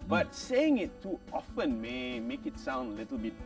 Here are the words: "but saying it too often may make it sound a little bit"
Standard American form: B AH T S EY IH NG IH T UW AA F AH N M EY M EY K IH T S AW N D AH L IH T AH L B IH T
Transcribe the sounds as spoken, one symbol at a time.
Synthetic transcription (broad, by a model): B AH T S EY IH NG IH T UW AA F AH N M EY M EY K IH T S AW N D AH L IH T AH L B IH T